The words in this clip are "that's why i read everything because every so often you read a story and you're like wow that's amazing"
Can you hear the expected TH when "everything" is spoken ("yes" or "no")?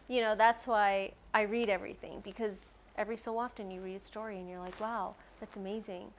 yes